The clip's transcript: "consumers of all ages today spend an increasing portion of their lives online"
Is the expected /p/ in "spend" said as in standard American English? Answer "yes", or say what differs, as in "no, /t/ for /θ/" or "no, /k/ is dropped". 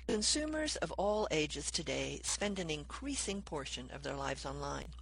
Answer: yes